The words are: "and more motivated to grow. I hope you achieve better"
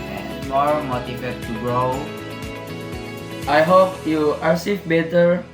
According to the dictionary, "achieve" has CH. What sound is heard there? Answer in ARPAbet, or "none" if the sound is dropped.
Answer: S